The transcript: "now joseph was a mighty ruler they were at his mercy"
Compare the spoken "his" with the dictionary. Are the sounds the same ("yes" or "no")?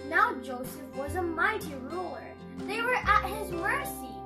yes